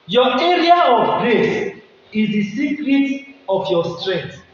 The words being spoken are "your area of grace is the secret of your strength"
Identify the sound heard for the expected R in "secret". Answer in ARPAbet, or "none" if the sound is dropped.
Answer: R